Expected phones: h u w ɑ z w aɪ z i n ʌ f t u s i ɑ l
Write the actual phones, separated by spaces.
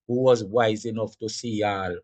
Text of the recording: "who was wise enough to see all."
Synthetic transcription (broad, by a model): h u w ɑ z w aɪ z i n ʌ f t u s i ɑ l